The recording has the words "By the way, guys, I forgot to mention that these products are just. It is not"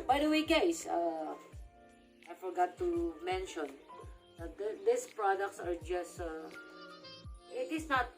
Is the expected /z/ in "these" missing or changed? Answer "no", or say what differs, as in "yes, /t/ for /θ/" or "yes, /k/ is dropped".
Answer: yes, /s/ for /z/